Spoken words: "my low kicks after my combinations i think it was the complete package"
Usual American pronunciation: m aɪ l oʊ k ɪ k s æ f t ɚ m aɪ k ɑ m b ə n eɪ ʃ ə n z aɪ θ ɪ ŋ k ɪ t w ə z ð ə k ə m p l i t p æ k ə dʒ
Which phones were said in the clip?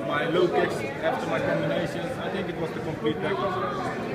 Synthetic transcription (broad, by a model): m aɪ l oʊ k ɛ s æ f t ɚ m aɪ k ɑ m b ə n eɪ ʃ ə n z aɪ t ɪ ŋ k ɪ t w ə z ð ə k ə m p l i t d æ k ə